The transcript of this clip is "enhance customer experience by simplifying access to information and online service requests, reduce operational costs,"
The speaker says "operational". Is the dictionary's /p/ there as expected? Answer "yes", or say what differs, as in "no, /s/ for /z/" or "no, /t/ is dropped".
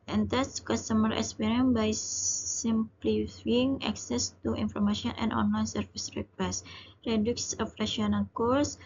no, /f/ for /p/